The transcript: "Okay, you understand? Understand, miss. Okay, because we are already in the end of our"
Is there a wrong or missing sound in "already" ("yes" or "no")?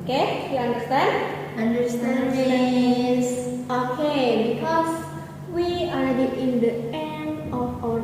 yes